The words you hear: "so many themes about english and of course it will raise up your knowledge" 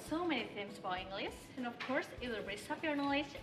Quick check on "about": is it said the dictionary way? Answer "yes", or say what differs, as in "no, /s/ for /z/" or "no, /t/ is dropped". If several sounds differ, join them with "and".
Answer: no, /t/ is dropped